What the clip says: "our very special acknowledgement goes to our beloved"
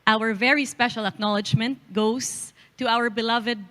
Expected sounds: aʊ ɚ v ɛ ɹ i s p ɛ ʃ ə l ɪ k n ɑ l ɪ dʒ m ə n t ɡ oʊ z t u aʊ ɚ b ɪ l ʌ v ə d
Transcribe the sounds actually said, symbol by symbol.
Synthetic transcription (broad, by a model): aʊ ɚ v ɛ ɹ i s p ɛ ʃ ə l ɪ k n ɑ l ɪ dʒ m ə n t ɡ oʊ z t u aʊ ɚ b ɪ l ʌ v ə d